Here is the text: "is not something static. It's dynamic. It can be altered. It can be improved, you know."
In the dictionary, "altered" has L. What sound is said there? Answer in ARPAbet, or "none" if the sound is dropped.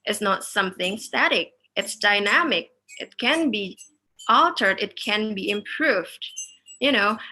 L